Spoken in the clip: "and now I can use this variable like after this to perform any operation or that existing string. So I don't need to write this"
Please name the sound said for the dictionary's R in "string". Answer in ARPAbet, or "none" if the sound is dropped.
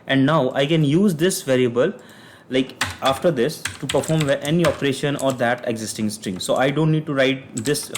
R